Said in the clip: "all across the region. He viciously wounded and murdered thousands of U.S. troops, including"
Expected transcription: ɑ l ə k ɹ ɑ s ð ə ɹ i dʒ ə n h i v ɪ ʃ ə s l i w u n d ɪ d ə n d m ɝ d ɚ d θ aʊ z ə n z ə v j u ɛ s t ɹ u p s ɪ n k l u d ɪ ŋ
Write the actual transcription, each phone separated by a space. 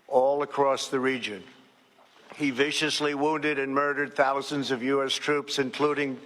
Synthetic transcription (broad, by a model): ɑ l ə k ɹ ɑ s ð ə ɹ i dʒ ə n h i v ɪ ʃ ə s l i w u n d ɪ d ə n m ɝ d ɚ d θ aʊ z ə n z ə v j u ɛ s t ɹ u p s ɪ n k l u d ɪ ŋ